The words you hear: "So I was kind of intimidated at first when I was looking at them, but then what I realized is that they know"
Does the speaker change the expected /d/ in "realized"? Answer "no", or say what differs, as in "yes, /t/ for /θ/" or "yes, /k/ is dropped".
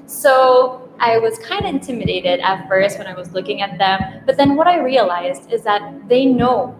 no